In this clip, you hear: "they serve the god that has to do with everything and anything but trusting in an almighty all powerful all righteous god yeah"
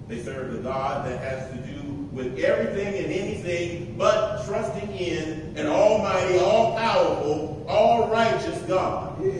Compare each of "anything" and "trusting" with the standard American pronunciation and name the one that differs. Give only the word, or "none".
none